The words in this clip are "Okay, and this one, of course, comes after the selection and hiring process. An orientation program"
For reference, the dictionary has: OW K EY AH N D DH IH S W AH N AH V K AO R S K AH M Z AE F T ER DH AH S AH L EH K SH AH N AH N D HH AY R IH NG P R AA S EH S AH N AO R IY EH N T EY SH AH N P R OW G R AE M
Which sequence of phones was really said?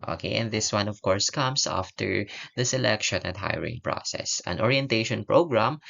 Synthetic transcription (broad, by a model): OW K EY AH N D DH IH S W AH N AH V K AO R S K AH M S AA F T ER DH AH S AH L EH K SH AH N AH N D HH AY R IH NG P R AA S EH S AH N AO R IY EH N T EY SH AH N P R OW G R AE M